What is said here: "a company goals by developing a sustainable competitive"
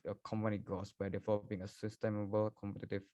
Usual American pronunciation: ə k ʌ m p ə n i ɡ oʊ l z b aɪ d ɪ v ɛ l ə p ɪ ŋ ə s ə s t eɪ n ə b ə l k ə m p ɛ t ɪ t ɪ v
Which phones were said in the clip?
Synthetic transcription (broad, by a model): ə k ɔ m p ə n i ɡ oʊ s b aɪ d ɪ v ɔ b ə ɪ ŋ ə s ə s t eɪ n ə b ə l k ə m p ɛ t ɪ t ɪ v